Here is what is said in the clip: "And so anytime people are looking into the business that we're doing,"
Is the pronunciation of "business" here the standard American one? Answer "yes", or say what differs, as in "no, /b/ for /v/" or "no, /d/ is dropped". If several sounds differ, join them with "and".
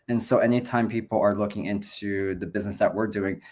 yes